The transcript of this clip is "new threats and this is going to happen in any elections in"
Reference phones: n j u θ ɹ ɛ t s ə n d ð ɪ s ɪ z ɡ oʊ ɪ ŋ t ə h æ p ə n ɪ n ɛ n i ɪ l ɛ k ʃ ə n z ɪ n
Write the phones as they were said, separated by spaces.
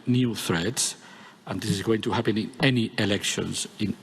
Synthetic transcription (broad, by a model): n j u θ ɹ ɛ t s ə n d ð ɪ s ɪ z ɡ oʊ ɪ ŋ t ə h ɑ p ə n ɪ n ɛ n i ɪ l ɛ k ʃ ə n z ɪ n